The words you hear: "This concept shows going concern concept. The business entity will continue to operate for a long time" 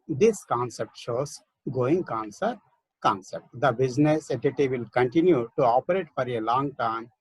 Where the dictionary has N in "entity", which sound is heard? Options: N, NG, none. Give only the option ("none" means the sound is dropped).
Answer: none